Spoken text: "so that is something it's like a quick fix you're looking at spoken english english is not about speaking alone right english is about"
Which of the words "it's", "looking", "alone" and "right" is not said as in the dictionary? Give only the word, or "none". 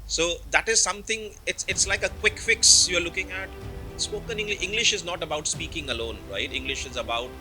none